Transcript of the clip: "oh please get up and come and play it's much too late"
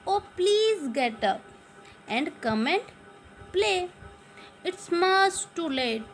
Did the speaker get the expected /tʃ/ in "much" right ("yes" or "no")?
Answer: no